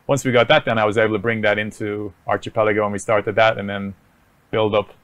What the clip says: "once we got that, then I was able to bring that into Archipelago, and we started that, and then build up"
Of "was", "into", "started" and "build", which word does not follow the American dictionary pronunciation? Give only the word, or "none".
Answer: none